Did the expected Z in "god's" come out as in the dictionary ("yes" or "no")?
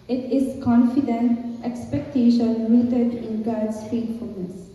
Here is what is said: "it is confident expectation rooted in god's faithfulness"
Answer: no